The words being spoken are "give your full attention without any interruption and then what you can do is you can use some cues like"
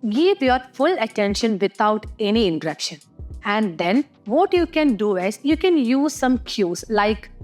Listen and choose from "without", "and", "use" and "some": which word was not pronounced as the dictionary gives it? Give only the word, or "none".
without